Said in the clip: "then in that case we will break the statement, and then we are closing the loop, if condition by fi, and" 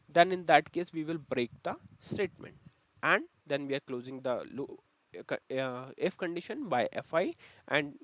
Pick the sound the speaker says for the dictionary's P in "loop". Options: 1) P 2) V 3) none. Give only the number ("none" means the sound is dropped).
3